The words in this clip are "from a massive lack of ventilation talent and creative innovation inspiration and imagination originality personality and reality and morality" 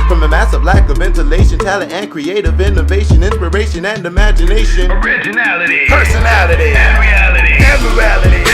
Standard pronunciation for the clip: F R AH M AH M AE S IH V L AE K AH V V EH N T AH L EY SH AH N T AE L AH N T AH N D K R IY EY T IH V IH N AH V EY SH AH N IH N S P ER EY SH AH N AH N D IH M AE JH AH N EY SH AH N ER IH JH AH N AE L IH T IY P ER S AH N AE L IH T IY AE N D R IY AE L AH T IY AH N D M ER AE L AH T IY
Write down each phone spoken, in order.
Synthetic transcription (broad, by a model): F R AH M AH M AE S IH V L AE K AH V V EH N T AH L EY SH AH N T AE L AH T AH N K R IY EY T IH V IH N AH V EY SH AH N IH N S P ER EY SH AH N AH N D IH M AE JH AH N EY SH AH N ER IH JH AH N AE L IH T IY P ER S AH N AE L IH T IY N R IY AE L AH T IY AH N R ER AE L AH T IY